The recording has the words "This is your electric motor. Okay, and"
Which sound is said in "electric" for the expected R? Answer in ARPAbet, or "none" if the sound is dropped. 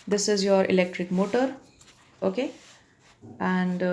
R